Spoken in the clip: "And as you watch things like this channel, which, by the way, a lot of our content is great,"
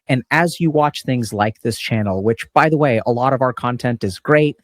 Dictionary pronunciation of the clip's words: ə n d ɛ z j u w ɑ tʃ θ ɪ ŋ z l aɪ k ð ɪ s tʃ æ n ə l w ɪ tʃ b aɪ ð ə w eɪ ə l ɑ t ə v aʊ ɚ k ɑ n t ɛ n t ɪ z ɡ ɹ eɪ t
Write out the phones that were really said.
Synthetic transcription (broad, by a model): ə n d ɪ z j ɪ w ɑ tʃ θ ɪ ŋ z l aɪ k ð ɪ s tʃ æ n l w ɪ tʃ b aɪ ð ə w eɪ ə l ɑ t ə v aʊ ɚ k ɑ n t ɛ n t ɪ z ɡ ɹ eɪ t